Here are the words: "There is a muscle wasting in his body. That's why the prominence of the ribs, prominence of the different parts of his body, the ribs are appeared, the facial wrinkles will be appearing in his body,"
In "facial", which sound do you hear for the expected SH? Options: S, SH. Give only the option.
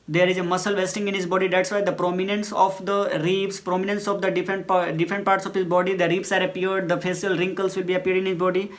S